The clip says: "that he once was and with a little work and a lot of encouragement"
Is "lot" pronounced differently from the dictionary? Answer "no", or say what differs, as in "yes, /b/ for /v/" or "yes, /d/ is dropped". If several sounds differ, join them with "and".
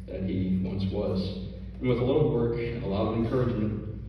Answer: yes, /t/ is dropped